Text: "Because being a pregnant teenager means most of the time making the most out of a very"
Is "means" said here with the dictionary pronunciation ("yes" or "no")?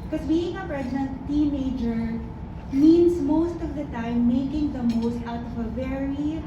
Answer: no